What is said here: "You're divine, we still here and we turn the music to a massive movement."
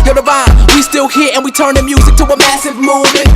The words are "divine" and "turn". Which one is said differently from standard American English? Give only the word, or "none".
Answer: divine